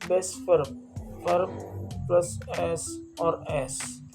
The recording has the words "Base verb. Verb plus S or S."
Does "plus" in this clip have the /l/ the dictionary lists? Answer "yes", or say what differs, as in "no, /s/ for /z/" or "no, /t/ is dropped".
yes